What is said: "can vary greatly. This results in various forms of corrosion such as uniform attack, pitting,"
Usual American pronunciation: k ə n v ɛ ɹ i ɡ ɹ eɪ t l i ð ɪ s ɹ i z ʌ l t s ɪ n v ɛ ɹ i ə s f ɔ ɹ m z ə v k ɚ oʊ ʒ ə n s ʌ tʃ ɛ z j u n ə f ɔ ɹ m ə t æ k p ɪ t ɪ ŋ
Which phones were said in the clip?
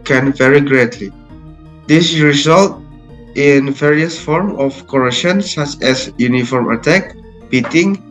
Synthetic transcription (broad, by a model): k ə n v ɛ ɹ i ɡ ɹ eɪ t l i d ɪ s ɹ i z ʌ l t ɪ n v ɛ ɹ i ə s f ɔ ɹ m ə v k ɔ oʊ ʃ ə n s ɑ tʃ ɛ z j u n ə f ɔ ɹ m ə t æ k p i t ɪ ŋ